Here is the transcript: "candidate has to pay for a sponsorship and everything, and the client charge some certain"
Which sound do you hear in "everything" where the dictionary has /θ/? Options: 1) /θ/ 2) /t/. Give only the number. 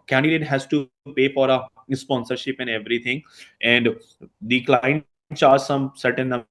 2